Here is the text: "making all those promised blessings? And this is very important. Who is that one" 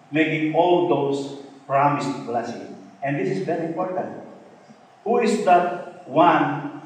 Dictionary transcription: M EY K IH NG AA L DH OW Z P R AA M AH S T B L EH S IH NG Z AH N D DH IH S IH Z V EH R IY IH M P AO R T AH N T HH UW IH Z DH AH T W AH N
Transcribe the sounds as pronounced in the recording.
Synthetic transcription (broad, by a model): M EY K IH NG AA L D OW S P R AA M AH S T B L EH S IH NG AH N D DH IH S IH S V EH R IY IH M P AO R T AH N T HH UW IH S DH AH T W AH N